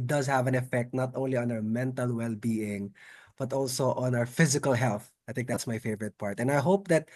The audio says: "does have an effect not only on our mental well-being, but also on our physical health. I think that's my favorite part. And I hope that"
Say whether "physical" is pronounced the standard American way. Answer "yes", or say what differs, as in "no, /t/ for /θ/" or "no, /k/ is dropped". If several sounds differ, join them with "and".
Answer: yes